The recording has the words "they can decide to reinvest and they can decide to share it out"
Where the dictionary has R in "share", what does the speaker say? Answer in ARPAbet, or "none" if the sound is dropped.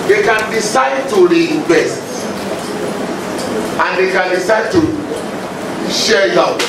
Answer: L